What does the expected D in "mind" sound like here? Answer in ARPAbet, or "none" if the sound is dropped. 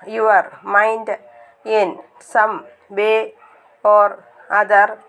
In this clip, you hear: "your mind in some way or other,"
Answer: D